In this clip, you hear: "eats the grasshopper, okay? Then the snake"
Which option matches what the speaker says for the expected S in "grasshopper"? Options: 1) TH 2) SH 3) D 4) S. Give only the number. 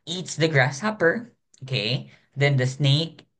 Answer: 4